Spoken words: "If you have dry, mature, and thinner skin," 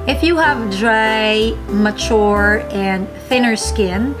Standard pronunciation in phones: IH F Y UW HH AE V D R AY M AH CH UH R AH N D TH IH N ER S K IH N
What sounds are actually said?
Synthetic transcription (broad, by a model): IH F Y UW HH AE V D R AY M AH CH UH R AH N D TH IH N ER S K IH N